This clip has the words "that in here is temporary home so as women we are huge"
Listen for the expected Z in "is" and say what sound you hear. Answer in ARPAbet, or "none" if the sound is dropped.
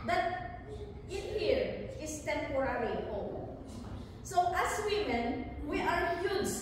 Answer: S